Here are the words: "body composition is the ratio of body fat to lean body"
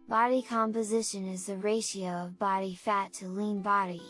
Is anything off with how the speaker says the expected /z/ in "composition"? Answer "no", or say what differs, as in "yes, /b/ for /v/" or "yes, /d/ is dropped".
no